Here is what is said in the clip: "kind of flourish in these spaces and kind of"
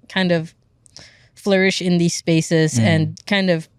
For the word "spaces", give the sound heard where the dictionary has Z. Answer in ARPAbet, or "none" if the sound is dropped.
Z